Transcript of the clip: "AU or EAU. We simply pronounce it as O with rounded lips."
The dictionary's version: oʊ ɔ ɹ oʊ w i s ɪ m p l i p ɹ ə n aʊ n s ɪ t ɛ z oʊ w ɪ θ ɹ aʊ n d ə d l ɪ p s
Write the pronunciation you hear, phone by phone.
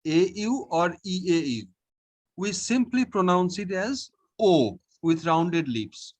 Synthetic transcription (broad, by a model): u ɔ ɹ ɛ w i s ɪ m p l i p ɹ ə n aʊ n s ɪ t ɛ z oʊ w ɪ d ɹ aʊ n d ə d l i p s